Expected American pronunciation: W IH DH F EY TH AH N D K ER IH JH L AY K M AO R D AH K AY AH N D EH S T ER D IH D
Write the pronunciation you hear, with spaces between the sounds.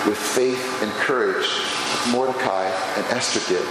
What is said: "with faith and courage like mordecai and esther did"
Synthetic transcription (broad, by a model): W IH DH F EY TH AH N K ER IH JH M AO R D AH K AY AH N EH S T ER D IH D